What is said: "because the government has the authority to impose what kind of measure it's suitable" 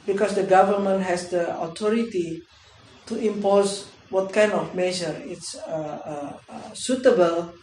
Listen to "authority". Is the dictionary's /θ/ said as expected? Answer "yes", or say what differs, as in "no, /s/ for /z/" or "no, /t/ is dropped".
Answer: no, /t/ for /θ/